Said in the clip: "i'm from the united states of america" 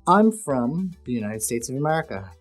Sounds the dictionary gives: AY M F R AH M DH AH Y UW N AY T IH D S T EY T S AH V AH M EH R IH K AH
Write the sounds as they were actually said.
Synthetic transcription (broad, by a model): AY M F R AH M DH AH Y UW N AY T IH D S T EY T S AH V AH M EH R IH K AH